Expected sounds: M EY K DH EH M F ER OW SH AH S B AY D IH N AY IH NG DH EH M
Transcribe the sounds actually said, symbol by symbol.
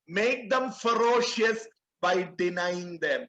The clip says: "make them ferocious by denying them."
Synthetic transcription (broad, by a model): M EY K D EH M F ER OW SH AH S B AY D IH N AY IH NG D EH M